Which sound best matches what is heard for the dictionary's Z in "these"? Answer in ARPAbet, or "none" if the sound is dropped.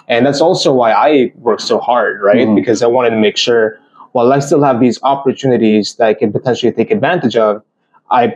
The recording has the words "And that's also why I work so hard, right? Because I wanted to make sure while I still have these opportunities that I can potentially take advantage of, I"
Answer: Z